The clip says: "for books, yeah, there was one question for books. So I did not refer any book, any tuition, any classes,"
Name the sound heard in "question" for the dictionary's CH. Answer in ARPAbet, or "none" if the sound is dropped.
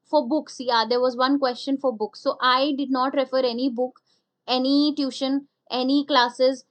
CH